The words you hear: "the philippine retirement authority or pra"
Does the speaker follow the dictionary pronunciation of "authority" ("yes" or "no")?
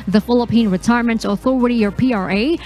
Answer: yes